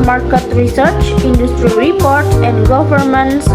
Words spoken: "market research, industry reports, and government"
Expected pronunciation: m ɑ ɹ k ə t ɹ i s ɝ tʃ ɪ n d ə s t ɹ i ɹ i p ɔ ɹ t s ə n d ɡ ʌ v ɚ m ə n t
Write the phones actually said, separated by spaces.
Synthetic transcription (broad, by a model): m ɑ ɹ k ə t ɹ i s ɝ tʃ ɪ n d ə s t ɹ i ɹ i p ɔ ɹ t s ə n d ɡ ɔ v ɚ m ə n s